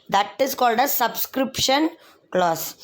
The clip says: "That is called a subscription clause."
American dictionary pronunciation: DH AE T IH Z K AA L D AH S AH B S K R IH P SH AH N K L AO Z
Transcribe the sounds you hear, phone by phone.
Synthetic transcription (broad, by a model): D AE T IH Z K AA L D AH S AH B S K R IH P SH AH N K L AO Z